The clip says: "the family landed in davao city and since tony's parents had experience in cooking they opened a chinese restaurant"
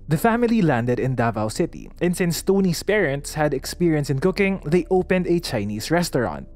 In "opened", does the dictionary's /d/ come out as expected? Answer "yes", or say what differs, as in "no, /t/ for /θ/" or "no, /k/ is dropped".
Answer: yes